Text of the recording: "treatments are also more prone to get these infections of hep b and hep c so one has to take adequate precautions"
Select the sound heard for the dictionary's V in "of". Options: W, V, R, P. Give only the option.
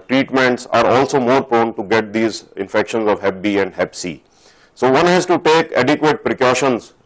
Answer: V